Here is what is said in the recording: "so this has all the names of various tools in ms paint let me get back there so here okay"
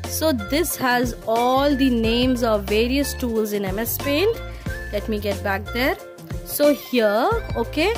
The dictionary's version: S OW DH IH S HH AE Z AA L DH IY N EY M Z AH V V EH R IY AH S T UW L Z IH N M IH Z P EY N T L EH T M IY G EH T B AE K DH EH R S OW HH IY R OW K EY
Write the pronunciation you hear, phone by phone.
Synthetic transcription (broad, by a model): S OW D IH S HH AE Z AA L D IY N EY M Z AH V V EH R IY AH S T UW L Z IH N M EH S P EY N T L EH T M IY G EH T B AE K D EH R S OW HH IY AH OW K EY